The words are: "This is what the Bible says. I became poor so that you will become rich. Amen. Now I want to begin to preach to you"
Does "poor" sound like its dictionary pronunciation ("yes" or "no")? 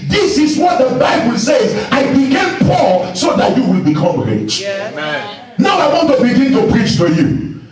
no